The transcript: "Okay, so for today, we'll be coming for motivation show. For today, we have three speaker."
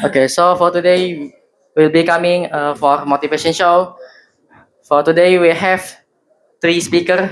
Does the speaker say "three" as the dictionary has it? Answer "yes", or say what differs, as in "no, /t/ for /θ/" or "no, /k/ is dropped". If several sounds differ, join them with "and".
no, /t/ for /θ/